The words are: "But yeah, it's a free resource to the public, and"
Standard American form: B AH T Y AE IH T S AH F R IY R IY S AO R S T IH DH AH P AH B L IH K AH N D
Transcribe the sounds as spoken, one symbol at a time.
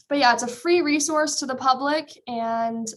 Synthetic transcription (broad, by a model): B AH T Y AE IH T S AH F R IY R IY S AO R S T IH DH AH P AH B L IH K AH N